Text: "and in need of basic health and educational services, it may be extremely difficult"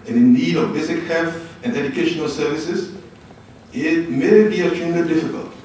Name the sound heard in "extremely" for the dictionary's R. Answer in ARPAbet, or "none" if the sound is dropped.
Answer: none